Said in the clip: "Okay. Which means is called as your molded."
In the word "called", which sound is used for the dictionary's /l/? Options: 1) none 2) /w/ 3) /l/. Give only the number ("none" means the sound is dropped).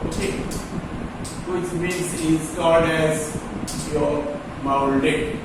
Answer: 1